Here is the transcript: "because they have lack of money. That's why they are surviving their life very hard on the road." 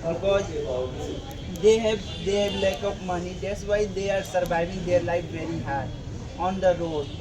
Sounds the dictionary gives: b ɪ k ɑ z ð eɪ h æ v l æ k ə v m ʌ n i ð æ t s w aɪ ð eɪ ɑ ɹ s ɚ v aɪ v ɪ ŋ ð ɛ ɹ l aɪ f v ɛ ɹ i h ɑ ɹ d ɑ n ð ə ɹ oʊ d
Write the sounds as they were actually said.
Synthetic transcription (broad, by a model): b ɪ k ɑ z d eɪ h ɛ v l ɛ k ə p m ʌ n i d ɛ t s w aɪ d eɪ ɑ ɹ s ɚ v aɪ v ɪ ŋ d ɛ ɹ l aɪ f v ɛ ɹ i h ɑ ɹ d ɑ n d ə ɹ oʊ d